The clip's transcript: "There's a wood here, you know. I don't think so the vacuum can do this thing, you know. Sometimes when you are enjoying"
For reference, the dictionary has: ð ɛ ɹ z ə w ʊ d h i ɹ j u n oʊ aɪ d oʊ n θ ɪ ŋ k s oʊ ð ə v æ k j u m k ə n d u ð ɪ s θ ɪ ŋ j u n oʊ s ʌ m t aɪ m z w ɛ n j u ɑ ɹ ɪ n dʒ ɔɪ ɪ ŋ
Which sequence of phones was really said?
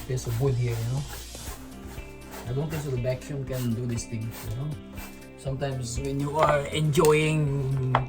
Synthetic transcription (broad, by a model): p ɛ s ə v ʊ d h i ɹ j u n oʊ aɪ d oʊ n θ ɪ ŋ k s oʊ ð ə b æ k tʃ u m k ə n d u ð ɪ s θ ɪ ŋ j u n oʊ s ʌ m t aɪ m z w ɛ n j u ɑ ɹ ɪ n dʒ ɔɪ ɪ ŋ